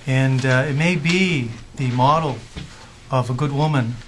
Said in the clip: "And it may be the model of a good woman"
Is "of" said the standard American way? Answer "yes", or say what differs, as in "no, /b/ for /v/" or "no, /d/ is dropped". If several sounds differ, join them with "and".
yes